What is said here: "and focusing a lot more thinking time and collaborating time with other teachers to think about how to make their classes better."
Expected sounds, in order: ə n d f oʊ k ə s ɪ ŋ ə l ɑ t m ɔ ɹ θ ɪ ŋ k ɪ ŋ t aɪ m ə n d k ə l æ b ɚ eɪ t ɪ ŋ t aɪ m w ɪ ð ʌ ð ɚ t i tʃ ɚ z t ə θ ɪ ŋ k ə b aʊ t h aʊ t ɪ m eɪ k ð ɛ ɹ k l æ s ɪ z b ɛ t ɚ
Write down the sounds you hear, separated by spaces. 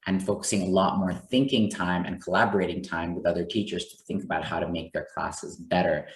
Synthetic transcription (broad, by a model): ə n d f oʊ k ə s ɪ ŋ ə l ɑ t m ɔ ɹ θ ɪ ŋ k ɪ ŋ t aɪ m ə n k ə l æ b ɚ eɪ t ɪ ŋ t aɪ m w ɪ ð ʌ ð ɚ t i tʃ ɚ z t ə θ ɪ ŋ k ə b aʊ t h aʊ t ɪ m eɪ k ð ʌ ɹ k l æ s ɪ z b ɛ t ɚ